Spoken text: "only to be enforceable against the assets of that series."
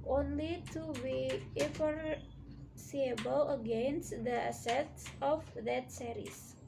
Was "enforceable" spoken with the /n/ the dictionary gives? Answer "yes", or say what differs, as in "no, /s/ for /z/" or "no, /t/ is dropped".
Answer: no, /n/ is dropped